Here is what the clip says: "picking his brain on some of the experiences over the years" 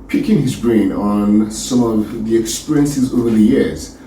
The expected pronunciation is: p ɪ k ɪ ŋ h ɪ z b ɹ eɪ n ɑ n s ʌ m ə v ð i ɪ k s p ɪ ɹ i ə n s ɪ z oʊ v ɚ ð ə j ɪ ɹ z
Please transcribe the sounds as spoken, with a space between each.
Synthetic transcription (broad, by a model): p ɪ k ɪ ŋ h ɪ z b ɹ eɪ n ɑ n s ʌ m ə v ð i ɪ k s p ɪ ɹ i ə n s ɪ z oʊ v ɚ ð ə j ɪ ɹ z